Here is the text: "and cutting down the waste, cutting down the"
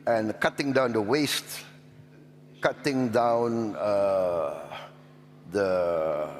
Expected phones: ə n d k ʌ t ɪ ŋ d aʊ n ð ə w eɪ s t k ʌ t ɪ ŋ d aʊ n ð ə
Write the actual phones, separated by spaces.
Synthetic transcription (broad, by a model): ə n k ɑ t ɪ ŋ d aʊ n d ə w eɪ s t k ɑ t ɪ ŋ d aʊ n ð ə